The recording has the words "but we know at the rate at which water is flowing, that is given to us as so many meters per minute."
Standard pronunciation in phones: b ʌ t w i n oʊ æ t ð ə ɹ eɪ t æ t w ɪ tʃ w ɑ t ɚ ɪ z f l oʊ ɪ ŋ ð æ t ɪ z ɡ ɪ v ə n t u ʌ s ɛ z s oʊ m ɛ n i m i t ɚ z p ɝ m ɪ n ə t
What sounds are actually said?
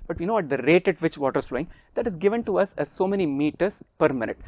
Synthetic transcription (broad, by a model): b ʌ t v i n oʊ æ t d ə ɹ eɪ t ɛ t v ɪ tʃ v ɑ t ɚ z f l oʊ ɪ ŋ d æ t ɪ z ɡ ɪ v ə n t u ʌ s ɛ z s oʊ m ɛ n i m i t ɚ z p ɝ m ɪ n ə t